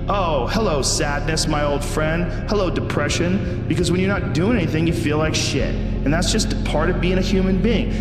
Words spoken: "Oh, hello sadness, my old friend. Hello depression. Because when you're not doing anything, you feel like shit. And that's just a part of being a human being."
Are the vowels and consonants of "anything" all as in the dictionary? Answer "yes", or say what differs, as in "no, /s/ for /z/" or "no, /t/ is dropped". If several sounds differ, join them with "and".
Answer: yes